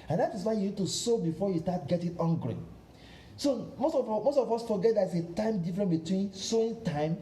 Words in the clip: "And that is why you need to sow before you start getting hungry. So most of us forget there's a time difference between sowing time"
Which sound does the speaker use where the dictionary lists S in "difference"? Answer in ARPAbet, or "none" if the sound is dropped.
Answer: none